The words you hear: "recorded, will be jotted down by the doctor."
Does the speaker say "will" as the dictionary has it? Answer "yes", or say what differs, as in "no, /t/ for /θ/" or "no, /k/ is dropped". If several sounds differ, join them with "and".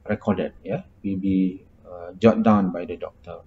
no, /w/ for /l/